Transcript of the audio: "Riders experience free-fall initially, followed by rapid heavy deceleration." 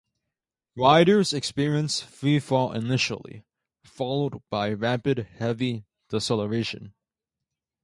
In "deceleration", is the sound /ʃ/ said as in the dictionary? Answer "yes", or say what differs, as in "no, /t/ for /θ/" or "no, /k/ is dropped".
yes